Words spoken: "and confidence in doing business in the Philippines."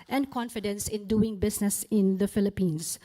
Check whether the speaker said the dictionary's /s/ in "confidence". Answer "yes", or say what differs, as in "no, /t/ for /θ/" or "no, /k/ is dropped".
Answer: yes